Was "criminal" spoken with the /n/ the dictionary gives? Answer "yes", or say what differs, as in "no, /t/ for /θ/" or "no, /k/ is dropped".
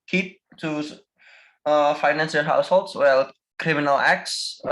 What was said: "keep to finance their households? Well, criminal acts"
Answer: yes